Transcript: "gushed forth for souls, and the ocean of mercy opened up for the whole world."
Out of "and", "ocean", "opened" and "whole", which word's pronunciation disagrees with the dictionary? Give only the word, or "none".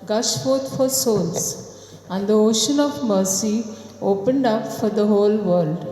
none